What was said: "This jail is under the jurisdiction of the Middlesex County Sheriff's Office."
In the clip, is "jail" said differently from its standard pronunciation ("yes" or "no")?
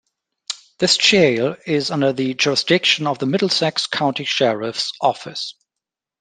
yes